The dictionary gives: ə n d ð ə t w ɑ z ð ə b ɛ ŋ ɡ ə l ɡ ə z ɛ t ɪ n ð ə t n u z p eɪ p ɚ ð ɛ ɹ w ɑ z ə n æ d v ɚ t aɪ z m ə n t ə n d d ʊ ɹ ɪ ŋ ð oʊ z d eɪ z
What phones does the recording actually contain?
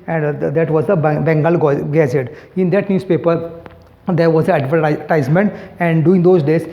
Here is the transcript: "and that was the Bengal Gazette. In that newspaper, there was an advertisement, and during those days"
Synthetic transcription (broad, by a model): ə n d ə t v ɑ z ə b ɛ ŋ ɡ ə l ɡ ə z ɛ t ɪ n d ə t n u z p eɪ p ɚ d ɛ ɹ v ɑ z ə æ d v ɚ t aɪ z m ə n t ə n d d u ɪ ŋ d oʊ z d eɪ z